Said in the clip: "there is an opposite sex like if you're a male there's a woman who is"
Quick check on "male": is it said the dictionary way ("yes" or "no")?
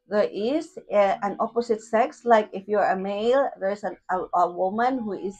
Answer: yes